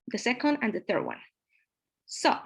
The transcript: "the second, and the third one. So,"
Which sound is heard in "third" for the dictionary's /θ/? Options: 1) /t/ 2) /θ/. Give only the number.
2